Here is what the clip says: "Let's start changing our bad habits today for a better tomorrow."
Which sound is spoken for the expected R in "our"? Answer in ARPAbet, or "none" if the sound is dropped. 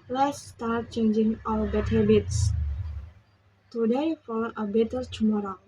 L